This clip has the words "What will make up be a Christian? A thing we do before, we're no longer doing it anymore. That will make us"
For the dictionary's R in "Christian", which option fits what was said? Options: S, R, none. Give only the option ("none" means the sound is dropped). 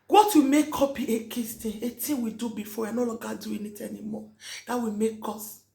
none